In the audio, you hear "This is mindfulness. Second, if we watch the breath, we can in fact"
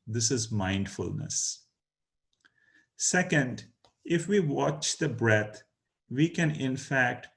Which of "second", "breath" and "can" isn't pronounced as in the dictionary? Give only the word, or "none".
breath